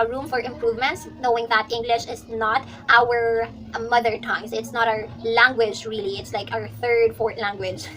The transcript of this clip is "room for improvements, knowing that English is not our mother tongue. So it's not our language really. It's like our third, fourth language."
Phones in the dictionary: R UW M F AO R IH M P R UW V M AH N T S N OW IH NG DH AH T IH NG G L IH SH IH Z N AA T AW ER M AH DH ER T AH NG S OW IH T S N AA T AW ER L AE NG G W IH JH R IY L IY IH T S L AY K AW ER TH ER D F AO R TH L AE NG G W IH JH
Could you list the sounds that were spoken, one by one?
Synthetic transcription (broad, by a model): R UW M F AO R IH M P R UW V M AH N T S N OW IH NG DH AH T IH NG G L IH SH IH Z N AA T AW ER M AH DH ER T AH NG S IH T S N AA T AW ER L AE NG G W IH JH R IY L IY IH T S L AY K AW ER TH ER D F AO R T L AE NG G W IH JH